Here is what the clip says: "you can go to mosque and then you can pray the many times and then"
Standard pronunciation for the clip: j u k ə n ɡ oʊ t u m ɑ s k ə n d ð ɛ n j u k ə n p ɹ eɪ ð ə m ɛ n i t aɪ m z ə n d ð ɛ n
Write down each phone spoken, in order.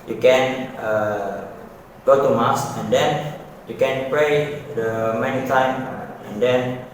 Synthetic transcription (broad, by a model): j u k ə n ɡ oʊ t u m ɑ s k ə n d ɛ n j u k ə n p ɹ eɪ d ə m ɛ n i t aɪ m ə n d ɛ n